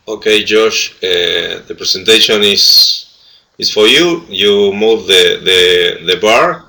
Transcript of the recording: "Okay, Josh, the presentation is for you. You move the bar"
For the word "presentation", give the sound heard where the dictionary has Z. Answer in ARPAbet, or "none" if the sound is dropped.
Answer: S